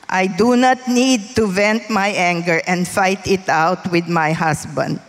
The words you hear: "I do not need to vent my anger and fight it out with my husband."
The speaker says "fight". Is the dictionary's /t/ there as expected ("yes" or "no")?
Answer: yes